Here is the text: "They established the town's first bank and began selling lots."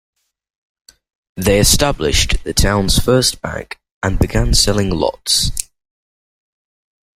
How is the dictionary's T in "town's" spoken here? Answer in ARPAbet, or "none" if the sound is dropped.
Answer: T